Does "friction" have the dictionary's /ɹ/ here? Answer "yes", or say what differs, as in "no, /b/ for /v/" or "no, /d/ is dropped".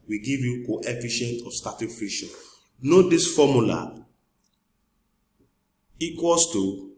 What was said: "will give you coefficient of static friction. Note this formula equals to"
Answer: no, /ɹ/ is dropped